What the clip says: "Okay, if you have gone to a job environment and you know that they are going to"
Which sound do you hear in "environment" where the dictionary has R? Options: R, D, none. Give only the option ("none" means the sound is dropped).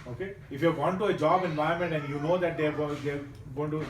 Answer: none